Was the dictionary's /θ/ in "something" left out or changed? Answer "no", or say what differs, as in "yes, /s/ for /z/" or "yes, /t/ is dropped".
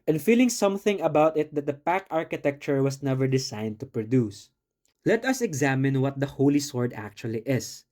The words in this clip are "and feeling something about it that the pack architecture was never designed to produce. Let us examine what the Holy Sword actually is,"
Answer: no